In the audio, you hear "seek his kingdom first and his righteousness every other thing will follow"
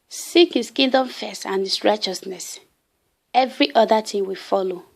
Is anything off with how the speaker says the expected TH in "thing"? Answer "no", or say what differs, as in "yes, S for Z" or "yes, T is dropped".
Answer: yes, T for TH